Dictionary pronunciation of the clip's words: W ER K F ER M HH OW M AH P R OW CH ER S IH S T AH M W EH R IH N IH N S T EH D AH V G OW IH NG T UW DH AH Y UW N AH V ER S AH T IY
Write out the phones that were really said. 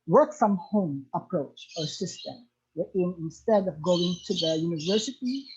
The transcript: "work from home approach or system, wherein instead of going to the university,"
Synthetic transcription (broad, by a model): W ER K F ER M HH OW M AH P R OW CH ER S IH S T AH M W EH IH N IH N S T EH D AH V G OW IH NG T UW DH AH Y UW N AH V ER S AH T IY